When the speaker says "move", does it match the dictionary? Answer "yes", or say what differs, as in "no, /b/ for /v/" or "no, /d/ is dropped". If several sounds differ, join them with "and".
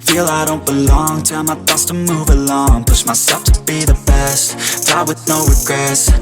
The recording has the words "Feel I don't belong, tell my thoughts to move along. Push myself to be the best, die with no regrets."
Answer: yes